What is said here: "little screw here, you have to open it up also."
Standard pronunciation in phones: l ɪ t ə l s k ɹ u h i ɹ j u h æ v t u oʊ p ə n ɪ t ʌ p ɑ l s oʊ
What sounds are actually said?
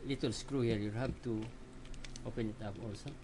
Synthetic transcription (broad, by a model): l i t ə l s k ɹ u h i ɹ j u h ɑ b t u oʊ p ə n ɪ t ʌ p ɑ l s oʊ